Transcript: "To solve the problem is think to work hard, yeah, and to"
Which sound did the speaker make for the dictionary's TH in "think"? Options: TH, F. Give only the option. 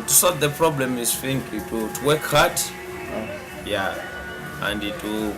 F